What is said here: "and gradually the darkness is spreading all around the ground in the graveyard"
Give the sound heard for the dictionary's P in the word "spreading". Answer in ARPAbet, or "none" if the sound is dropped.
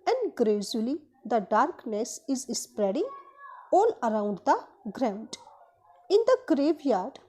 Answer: P